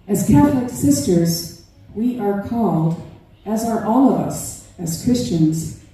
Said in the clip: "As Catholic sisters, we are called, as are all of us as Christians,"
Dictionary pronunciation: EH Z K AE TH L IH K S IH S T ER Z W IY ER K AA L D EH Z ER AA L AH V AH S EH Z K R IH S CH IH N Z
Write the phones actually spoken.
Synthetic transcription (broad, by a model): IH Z K AE TH L IH K S IH S T ER Z W IY ER K AA L D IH Z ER AA L AH V AH S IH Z K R IH S CH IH N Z